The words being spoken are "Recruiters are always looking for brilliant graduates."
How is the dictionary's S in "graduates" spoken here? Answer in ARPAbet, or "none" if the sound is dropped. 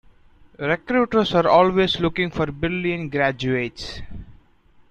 S